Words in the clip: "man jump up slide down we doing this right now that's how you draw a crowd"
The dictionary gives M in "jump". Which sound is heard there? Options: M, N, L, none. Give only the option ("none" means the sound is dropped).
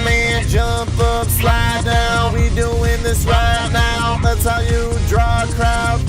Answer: M